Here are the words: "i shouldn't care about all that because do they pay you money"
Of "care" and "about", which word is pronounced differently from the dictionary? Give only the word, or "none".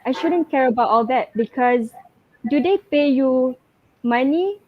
none